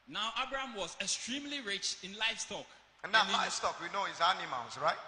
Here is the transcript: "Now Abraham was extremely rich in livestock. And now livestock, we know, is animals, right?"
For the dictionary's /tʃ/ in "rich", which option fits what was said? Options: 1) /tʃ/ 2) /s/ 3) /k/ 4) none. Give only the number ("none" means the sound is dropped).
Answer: 1